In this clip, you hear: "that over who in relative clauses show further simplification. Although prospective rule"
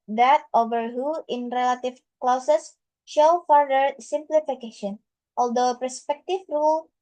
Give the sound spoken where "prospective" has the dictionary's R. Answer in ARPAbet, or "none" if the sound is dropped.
none